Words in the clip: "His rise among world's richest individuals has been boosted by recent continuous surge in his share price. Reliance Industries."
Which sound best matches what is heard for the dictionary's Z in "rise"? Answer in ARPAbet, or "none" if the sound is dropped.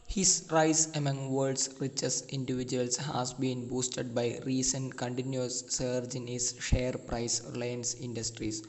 S